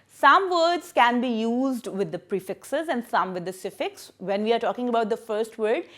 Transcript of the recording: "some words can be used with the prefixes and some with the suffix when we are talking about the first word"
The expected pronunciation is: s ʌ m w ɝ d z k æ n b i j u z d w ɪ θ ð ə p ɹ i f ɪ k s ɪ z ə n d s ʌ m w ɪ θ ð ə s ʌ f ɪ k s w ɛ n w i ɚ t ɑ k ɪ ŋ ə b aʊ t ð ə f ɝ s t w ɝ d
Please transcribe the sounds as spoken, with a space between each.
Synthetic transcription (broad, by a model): s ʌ m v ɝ d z k æ n b i j u z d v ɪ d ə p ɹ i f ɪ k s ɪ z ə n d s ʌ m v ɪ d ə s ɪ f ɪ k s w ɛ n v i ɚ t ɑ k ɪ ŋ ə b aʊ t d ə f ɝ s t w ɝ d